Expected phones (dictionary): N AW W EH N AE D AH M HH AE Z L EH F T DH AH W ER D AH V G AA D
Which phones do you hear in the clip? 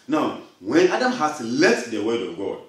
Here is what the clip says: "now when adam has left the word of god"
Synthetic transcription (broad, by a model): N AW W EH N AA D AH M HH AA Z L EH T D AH W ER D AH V G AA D